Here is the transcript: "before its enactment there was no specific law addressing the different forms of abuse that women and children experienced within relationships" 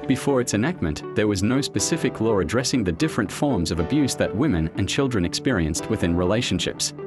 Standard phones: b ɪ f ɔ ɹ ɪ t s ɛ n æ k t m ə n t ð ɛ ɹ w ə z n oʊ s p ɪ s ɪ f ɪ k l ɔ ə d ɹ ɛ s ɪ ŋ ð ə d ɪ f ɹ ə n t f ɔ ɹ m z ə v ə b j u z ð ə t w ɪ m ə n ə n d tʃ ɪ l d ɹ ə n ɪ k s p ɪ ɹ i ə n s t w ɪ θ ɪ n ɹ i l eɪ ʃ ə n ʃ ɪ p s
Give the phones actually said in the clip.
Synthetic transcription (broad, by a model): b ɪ f ɔ ɹ ɪ t s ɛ n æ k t m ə n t ð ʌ ɹ w ə z n oʊ s p ɪ s ɪ f ɪ k l ɔ ə d ɹ ɛ s ɪ ŋ ð ə d ɪ f ɹ ə n t f ɔ ɹ m z ə v ə b j u z ð ə t w ɪ m ə n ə n tʃ ɪ l d ɹ ə n ɪ k s p ɪ ɹ i ə n s t w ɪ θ ɪ n ɹ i l eɪ ʃ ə n ʃ ɪ p s